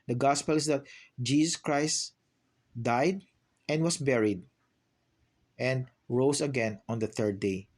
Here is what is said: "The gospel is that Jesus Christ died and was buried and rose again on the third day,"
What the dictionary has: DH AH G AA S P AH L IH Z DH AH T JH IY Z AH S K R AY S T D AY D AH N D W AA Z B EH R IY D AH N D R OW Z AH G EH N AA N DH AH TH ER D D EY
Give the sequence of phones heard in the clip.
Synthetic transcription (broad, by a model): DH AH G AA S P AH L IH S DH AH T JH IY S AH S K R AY S T D AY D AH N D W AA S B EH R IY D AH N D R OW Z AH G EH N AA N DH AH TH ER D D EY